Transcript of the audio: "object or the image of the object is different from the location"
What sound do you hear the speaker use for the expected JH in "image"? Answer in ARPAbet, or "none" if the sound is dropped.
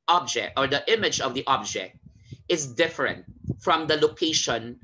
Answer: JH